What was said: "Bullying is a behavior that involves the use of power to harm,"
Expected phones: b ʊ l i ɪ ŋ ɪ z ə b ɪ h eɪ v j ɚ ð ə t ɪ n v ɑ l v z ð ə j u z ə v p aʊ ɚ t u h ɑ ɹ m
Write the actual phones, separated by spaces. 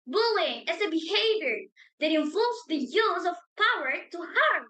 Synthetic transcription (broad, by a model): b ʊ l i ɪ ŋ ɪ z ə b ɪ h eɪ v j ɚ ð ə t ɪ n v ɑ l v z ð ə j u z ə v p aʊ ɚ t u h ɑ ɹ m